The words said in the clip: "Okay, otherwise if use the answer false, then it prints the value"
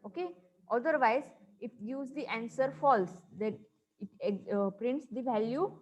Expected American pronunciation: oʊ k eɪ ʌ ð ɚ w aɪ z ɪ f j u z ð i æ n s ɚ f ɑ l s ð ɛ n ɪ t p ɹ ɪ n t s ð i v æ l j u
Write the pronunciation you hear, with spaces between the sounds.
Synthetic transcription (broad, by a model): oʊ k eɪ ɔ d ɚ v aɪ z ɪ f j u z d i æ n s ɚ f ɑ l s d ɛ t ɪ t p ɹ ɪ n t s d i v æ l j u